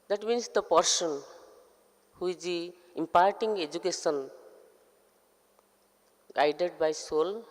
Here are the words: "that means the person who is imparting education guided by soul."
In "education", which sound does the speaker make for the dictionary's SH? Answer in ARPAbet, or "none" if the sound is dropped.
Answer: S